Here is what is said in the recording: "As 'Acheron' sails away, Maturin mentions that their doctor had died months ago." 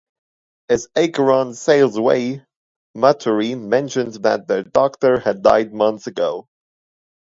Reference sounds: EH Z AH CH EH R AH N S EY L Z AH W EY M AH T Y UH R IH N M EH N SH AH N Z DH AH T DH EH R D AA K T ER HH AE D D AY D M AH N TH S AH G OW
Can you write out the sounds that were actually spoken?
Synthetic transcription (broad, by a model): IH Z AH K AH R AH N S EY L Z AH W EY M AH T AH R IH M EH N SH AH N Z DH AH T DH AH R D AA K T ER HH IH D D AY D M AH N TH S AH G OW